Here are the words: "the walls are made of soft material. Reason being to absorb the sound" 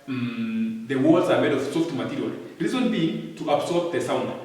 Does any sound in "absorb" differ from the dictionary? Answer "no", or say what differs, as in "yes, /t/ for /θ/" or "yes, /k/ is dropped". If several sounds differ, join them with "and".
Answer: yes, /s/ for /z/